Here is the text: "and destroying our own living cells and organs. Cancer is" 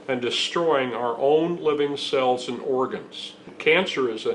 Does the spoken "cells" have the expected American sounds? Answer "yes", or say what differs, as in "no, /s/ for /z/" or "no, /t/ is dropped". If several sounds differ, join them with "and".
yes